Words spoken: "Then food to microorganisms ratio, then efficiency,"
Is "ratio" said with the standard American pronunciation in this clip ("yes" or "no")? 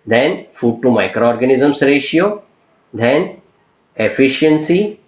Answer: yes